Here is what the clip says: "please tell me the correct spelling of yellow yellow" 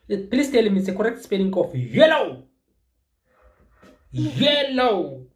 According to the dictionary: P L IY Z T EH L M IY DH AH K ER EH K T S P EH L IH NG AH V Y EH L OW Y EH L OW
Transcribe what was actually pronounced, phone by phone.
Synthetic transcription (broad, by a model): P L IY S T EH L M IY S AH K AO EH K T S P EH N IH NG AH F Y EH L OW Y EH L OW